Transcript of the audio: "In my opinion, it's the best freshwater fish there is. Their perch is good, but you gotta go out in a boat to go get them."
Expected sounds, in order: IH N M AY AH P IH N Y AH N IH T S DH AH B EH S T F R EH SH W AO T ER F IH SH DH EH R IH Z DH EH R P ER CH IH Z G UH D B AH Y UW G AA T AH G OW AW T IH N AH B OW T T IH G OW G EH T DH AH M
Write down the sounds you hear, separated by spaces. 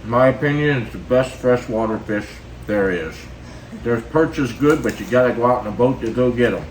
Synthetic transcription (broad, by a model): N M AY AH P IH N Y AH N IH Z DH AH B EH S T F R EH SH W AO T ER F IH SH DH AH R IH Z DH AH R P ER CH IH S G UH D B AH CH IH G AA T AH G OW AW T N AH B OW T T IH G OW G EH T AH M